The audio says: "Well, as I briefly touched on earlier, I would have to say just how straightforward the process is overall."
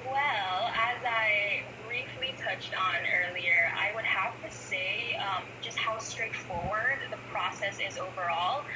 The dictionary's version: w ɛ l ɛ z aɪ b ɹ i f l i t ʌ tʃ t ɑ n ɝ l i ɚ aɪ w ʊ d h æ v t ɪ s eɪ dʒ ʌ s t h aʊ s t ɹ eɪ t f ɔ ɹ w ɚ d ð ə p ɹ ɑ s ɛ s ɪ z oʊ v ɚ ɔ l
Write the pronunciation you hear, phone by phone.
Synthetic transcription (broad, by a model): w ɛ l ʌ z aɪ b ɹ i f l i t ʌ tʃ t n ɝ l i ɚ aɪ w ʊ d h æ f t ɪ s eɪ dʒ ʌ s t h aʊ s t ɹ eɪ t f ɔ ɹ w ɚ d ð ə p ɹ ɑ s ɛ s ɪ z oʊ v ɚ ɔ l